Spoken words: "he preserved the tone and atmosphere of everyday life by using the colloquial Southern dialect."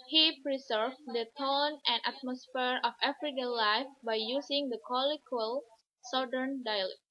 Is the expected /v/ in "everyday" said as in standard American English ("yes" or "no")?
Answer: no